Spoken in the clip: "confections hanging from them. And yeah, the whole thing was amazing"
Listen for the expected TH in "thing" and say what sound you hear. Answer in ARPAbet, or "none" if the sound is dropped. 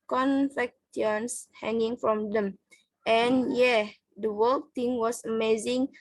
T